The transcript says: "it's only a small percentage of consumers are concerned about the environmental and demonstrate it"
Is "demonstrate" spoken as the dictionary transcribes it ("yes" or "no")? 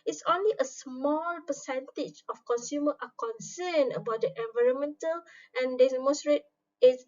no